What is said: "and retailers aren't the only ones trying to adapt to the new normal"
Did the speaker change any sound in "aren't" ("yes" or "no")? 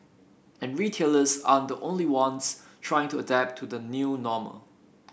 yes